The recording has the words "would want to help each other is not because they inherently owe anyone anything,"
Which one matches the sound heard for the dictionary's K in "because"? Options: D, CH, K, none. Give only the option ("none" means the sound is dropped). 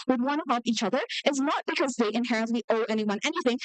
K